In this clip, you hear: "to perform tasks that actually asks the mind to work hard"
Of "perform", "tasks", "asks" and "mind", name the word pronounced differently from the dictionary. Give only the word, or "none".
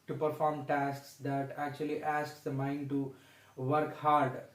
none